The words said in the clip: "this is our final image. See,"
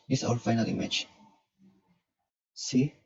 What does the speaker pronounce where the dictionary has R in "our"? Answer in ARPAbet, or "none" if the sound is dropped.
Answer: L